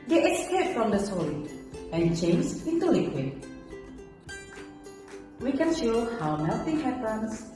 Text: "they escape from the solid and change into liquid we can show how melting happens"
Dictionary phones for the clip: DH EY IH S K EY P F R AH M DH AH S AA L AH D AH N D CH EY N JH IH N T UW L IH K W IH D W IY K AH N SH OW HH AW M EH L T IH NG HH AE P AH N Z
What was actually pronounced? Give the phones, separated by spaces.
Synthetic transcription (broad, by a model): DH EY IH S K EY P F R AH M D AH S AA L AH AH N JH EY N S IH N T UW L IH K W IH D W IY K AH N SH OW HH AW M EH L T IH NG HH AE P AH N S